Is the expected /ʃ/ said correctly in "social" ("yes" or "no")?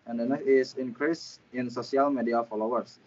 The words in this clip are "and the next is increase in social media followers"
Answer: no